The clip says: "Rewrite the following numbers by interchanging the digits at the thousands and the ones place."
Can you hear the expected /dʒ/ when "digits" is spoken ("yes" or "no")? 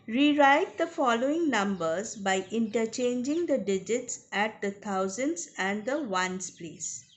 yes